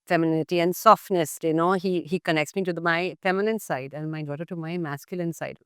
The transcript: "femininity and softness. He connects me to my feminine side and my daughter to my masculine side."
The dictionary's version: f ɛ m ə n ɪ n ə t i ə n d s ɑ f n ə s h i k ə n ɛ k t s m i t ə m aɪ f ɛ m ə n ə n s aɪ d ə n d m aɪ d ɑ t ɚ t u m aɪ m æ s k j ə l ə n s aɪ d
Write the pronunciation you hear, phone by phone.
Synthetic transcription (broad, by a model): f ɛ m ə n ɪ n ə t i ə n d s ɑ f n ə s h i k ə n ɛ k t s m i t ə m aɪ f ɛ m ə n ə n s aɪ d ə n d m aɪ d ɑ t ɚ t u m aɪ m æ s k j ə l ə n s aɪ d